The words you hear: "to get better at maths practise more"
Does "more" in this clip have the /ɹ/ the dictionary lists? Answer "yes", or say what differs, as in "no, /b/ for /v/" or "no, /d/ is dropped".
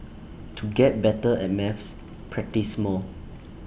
no, /l/ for /ɹ/